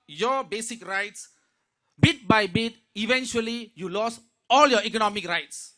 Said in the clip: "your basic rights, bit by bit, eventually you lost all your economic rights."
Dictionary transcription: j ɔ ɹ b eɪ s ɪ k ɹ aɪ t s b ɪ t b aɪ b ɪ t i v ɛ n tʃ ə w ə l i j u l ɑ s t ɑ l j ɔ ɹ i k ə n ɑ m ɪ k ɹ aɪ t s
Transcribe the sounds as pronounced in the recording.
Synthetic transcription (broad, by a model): j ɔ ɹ b eɪ s ɪ k ɹ aɪ t s b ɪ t b aɪ b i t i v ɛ n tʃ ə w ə l i j u l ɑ s ɑ l j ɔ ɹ i k ə n ɑ m ɪ k ɹ aɪ t s